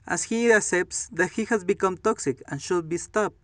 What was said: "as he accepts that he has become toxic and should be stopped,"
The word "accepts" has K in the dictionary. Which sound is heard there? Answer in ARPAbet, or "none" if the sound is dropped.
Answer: none